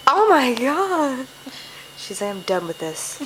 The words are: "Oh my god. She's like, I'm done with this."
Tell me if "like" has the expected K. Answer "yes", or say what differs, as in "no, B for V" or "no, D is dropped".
no, K is dropped